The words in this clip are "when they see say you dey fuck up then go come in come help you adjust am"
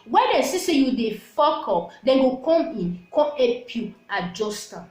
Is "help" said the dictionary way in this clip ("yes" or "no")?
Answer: no